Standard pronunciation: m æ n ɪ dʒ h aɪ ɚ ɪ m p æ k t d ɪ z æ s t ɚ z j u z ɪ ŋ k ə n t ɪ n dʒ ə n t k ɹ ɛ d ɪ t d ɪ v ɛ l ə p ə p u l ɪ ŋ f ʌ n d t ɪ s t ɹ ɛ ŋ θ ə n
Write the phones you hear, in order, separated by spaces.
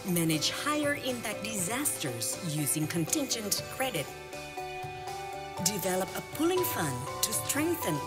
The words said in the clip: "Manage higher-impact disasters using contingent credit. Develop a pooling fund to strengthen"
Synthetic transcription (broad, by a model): m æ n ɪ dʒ h aɪ ɚ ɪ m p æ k d ɪ z æ s t ɚ z j u z ɪ ŋ k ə n t ɪ n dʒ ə n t k ɹ ɛ d ɪ t d ɪ v ɛ l ə p ə p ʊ l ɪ ŋ f ʌ n t ɪ s t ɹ ɛ ŋ θ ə n